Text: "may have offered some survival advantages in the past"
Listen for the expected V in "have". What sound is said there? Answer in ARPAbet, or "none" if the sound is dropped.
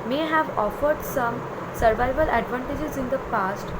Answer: V